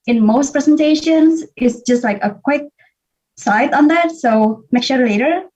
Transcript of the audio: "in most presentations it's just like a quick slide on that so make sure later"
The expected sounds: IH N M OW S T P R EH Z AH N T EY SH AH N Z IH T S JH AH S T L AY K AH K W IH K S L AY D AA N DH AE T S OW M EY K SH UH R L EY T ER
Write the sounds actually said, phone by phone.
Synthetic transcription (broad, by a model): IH N M OW S T P R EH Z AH N T EY SH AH N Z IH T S JH AH S T L AY K AH K W IH K S AY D AA N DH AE T S OW M EY K SH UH R L EY T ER